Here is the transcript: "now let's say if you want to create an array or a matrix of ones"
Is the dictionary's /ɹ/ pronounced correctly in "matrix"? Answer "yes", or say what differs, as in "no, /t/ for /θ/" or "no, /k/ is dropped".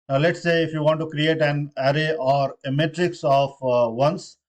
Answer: yes